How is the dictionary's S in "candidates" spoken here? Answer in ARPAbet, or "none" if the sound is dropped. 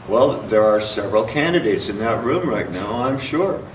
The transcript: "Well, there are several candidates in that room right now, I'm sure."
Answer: S